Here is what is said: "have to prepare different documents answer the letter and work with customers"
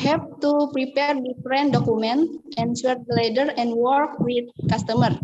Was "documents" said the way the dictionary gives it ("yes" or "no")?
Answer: no